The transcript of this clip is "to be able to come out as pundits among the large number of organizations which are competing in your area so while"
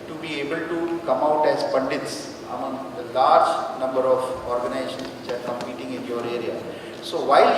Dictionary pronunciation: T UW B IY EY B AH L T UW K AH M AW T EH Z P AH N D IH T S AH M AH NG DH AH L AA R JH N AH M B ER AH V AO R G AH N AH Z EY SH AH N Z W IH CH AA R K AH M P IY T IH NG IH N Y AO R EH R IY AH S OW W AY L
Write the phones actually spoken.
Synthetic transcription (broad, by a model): T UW B IY EY B AH L T UW K AH M AW T EH Z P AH N D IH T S AH M AH NG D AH L AA R JH N AH M B ER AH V AO R G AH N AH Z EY SH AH N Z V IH CH AA R K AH M P IY T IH NG IH N Y AO R EH R IY AH S OW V AY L